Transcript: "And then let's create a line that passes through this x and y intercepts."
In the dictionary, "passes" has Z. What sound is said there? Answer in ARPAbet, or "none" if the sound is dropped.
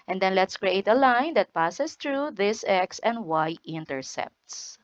S